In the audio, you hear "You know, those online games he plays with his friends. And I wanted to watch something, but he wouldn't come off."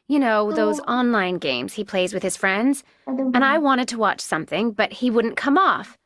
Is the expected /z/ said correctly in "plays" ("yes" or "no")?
yes